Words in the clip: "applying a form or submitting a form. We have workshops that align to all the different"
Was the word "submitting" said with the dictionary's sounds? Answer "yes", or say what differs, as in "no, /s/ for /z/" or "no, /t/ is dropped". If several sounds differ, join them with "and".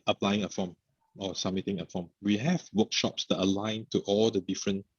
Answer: no, /b/ is dropped